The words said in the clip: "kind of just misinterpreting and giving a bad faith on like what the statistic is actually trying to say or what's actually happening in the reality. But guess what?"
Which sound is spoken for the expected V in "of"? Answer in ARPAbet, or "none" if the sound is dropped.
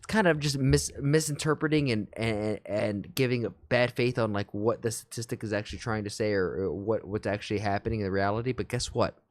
V